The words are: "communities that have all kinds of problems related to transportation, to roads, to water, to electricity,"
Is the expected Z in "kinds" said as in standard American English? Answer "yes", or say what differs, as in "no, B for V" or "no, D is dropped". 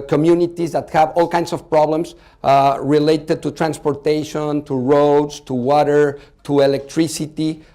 no, S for Z